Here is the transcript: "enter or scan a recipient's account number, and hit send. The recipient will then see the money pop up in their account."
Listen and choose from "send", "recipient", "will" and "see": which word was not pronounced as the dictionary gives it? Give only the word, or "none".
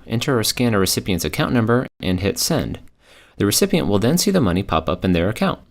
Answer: none